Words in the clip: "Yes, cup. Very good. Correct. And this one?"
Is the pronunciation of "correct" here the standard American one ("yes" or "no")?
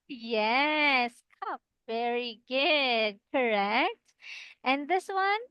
yes